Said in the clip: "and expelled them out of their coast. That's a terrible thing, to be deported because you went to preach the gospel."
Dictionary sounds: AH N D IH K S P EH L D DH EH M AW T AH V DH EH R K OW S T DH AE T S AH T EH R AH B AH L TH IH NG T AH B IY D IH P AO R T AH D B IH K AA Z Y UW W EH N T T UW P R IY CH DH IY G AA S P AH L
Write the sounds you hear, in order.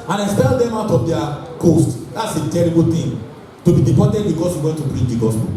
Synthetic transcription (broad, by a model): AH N IH K S P EH L D EH M AW T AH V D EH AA K OW S T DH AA T S AH T EH R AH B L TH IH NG T AH B IY D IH P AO T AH D B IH K AA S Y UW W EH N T T UW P R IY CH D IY G AA S P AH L